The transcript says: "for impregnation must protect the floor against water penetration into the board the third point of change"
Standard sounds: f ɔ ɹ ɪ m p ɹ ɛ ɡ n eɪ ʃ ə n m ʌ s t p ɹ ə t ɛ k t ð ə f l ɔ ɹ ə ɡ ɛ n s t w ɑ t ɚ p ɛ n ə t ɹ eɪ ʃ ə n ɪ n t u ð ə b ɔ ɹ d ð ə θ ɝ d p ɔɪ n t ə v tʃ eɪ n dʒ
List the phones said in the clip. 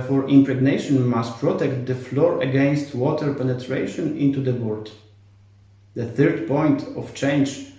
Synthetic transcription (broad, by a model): f ɔ ɹ ɪ m p ɹ ɛ ɡ n eɪ ʃ ə n m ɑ s t p ɹ ə t ɛ k t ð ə f l ɔ ɹ ə ɡ ɛ n s t w ɑ t ɚ p ɛ n ə t ɹ eɪ ʃ ə n ɪ n t u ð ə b ɔ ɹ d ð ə θ ɝ d p ɔɪ n t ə f tʃ eɪ n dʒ